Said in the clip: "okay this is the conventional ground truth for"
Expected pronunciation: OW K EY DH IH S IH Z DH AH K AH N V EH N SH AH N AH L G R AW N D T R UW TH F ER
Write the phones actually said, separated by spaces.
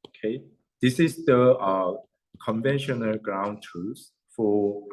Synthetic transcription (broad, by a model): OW K EY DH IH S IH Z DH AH K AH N V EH N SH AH N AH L G R AW N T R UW S F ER